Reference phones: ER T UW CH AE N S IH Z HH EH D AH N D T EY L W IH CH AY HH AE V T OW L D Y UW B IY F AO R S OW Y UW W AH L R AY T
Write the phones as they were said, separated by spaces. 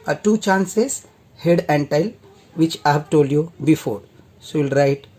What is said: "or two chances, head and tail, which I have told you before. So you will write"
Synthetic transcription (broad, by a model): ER T UW CH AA N S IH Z HH EH D AH N D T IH L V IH CH AY HH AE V T OW L D Y UW B IY F AO R S OW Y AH L R AY T